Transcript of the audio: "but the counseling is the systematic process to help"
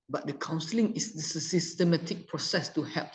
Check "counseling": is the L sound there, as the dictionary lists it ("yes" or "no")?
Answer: yes